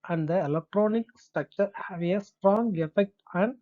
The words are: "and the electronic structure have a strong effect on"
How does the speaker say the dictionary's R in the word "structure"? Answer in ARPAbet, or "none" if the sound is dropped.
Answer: none